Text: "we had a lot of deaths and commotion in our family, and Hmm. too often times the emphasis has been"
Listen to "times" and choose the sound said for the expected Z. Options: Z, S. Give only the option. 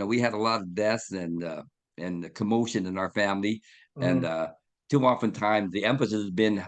Z